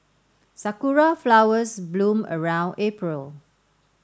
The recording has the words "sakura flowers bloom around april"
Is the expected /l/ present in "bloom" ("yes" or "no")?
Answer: yes